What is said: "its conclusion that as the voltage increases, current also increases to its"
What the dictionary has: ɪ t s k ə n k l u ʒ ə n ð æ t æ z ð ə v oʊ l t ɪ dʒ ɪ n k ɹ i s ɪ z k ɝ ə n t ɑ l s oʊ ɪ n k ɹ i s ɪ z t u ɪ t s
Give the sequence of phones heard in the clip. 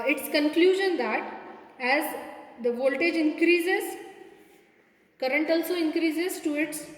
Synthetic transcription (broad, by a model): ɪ t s k ə n k l u ʒ ə n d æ t æ z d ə v oʊ l t ɪ dʒ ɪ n k ɹ i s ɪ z k ɝ ə n t ɑ l s oʊ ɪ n k ɹ i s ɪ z t u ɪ t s